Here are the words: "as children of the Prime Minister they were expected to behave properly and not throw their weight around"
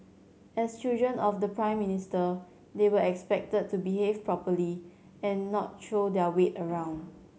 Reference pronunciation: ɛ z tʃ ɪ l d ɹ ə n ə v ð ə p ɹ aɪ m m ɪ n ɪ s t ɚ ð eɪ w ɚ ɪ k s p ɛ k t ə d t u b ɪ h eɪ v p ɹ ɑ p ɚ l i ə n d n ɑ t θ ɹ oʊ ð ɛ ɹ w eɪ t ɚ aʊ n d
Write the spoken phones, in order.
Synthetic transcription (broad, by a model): ɛ s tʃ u d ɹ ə n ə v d ə p ɹ aɪ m m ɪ n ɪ s t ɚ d eɪ w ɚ ɪ k s p ɛ k t ə d t u b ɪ h eɪ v p ɹ ɑ p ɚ l i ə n n ɑ t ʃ oʊ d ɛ w eɪ t ɚ aʊ n d